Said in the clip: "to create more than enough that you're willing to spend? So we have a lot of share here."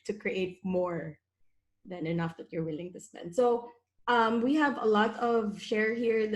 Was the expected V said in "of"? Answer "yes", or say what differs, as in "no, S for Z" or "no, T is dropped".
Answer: yes